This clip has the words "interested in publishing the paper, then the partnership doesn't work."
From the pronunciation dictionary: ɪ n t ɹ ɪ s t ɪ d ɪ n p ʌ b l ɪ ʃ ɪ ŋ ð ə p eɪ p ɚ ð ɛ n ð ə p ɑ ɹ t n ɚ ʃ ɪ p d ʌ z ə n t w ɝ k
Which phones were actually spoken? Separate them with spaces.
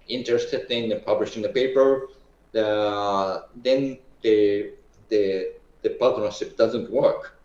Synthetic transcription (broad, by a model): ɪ n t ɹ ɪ s t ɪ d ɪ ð p ʌ b l ɪ ʃ ɪ ŋ ð ə p eɪ p ɚ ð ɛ n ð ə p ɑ l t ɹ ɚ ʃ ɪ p d ʌ z ə n t w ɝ k